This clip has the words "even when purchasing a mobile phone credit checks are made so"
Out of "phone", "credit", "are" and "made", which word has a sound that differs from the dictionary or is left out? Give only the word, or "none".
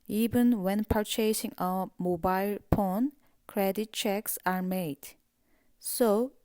phone